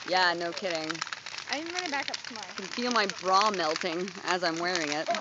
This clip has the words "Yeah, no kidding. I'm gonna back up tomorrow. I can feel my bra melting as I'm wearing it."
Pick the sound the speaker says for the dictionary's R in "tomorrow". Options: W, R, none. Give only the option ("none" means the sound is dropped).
none